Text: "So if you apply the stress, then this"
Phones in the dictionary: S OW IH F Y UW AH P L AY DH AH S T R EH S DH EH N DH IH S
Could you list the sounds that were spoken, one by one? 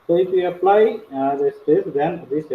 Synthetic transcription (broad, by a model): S OW IH F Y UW AH P L AY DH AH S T EH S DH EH N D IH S